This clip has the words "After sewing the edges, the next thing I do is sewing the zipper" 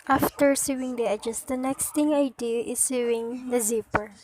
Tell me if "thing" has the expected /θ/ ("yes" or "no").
no